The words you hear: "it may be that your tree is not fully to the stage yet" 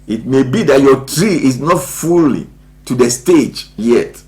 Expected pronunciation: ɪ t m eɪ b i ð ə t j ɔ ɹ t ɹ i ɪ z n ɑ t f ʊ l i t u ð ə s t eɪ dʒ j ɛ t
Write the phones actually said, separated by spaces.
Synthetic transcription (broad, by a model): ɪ t m eɪ b i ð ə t j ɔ t ɹ i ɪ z n ɑ t f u l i t u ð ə s t eɪ dʒ j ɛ t